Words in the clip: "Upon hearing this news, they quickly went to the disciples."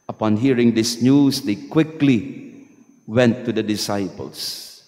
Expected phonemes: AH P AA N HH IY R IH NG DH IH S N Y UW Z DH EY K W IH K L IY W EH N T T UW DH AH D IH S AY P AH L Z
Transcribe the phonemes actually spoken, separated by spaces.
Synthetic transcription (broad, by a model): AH P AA N HH IY R IH NG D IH S N Y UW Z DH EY K W IH K L IY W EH N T T UW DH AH D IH S AY P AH L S